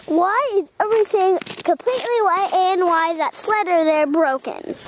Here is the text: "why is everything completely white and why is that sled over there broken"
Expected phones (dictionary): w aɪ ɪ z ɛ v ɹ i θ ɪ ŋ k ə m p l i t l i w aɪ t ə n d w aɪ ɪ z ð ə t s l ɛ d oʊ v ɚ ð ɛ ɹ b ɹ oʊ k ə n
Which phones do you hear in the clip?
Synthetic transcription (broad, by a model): w aɪ ɪ z ɛ v ɹ i θ ɪ ŋ k ə m p l i t l i w aɪ t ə n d w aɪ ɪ ð ə t s l ɛ d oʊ ɚ ð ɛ ɹ b ɹ oʊ k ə n